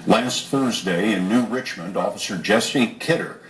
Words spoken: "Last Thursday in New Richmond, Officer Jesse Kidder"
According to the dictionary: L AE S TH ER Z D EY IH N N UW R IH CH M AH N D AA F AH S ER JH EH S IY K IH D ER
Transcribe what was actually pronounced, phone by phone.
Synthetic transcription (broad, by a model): L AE S TH ER Z D EY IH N N UW R IH CH M AH N D AA F AH S ER JH EH S IY K IH D ER